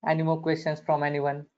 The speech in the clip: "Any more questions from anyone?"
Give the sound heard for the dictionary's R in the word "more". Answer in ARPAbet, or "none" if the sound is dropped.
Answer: L